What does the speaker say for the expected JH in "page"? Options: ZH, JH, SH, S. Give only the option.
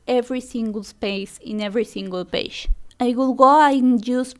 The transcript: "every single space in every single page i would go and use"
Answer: SH